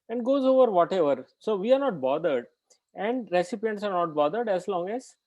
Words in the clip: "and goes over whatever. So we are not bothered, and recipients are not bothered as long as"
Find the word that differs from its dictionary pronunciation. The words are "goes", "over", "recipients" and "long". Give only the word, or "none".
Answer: none